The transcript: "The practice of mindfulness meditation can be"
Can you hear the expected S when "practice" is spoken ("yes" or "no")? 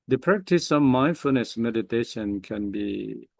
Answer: yes